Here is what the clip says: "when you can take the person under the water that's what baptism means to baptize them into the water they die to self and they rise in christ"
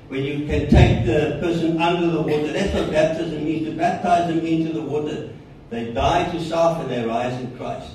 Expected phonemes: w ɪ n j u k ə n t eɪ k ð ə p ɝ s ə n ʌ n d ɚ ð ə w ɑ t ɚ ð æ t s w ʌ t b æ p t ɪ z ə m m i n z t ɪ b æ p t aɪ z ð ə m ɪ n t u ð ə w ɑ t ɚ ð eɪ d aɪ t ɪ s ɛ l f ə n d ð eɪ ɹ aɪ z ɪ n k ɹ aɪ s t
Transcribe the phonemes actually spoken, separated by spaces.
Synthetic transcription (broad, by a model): w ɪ n j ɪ k ə n t eɪ k ð ə p ɝ s ə n ʌ n d ɚ ð ə w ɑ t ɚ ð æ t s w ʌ b æ p t ɪ z ə m m i n z t ɪ b æ p t aɪ z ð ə m ɪ n t u ð ə w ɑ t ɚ ð eɪ d aɪ t ɪ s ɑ f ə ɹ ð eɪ ɹ aɪ z ɪ n k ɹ aɪ s t